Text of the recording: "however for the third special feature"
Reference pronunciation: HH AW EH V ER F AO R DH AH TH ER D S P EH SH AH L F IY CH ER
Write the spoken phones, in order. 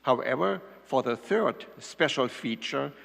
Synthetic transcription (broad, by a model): HH AW EH V ER F AO R DH AH TH ER D S P EH SH AH L F IY CH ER